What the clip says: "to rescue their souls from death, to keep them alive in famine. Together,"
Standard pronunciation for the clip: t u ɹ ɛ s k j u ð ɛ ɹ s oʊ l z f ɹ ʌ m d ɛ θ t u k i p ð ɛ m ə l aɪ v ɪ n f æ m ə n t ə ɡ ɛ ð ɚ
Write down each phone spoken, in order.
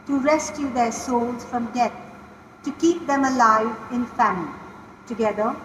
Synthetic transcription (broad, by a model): t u ɹ ɛ s k j u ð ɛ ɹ s oʊ l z f ɹ ʌ m d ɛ t t u k i p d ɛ m ə l aɪ v ɪ n f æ m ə l t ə ɡ ɛ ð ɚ